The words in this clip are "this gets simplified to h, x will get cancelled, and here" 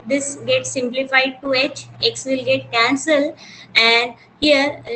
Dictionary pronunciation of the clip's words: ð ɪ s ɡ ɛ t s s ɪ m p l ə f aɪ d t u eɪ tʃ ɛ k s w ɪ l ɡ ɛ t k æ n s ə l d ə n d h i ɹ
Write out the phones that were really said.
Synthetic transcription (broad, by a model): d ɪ s ɡ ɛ t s s ɪ m p l ə f aɪ d t u eɪ tʃ ɛ k s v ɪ l ɡ ɛ t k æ n s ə l ə n d h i ɹ